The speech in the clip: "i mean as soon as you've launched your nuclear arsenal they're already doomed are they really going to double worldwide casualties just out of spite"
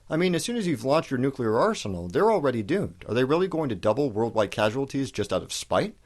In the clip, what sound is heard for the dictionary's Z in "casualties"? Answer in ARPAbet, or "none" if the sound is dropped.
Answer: Z